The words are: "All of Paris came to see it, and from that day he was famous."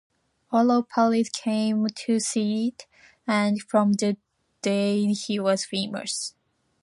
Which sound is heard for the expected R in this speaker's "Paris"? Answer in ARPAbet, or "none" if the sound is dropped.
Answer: L